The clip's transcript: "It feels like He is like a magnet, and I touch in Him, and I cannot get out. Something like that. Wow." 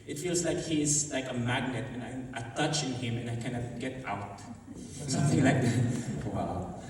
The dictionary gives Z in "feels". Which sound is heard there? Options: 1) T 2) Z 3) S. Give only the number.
2